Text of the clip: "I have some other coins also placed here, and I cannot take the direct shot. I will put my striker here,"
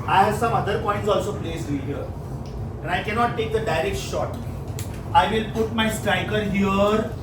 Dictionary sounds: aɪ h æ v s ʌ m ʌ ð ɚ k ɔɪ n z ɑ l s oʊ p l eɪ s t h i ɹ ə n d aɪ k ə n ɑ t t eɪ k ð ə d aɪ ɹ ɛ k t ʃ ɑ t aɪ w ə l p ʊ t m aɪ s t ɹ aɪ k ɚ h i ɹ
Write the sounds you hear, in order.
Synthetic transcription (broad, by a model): aɪ h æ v s ʌ m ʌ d ɚ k ɔɪ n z ɑ l s oʊ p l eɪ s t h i ɹ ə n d aɪ k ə n ɑ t t eɪ k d ə d aɪ ɹ ɛ k t ʃ ɑ t aɪ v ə l p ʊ t m aɪ s t ɹ aɪ k ɚ h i ɹ